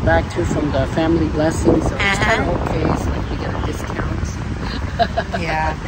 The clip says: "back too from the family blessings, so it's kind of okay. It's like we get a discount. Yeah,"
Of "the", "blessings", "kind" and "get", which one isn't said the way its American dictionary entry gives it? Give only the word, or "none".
kind